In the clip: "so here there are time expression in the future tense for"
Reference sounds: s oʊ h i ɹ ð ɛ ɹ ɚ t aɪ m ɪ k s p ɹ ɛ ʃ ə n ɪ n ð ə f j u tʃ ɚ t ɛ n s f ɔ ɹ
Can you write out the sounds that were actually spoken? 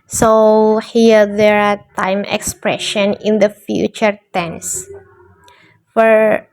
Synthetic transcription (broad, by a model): s oʊ h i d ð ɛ ɹ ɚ t aɪ m ɪ k s p ɹ ɛ ʃ ə n ɪ n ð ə f j u tʃ ɚ t ɛ n s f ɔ ɹ